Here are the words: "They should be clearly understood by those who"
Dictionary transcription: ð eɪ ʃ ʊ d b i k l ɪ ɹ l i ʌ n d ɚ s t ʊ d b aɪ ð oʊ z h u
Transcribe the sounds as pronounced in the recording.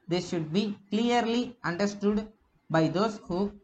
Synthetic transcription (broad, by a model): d eɪ ʃ ʊ d b i k l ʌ ɹ l i ʌ n d ɚ s t ʊ d b aɪ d oʊ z h u